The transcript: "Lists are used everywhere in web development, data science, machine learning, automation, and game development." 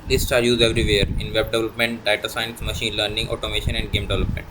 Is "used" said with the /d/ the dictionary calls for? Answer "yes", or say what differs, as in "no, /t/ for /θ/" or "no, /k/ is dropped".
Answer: no, /d/ is dropped